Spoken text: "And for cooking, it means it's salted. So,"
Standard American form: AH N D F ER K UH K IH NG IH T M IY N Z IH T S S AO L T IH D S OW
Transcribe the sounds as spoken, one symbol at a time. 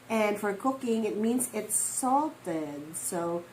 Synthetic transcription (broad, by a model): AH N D F ER K UH K IH NG IH T M IY N Z IH T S S AO L T IH D S OW